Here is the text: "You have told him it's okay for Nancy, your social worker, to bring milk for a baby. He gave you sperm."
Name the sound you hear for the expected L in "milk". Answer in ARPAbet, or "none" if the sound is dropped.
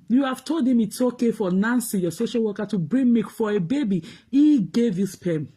none